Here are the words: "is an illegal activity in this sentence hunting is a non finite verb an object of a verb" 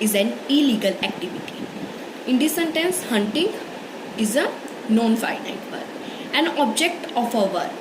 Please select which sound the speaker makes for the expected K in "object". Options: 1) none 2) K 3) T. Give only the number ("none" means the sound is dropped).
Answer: 2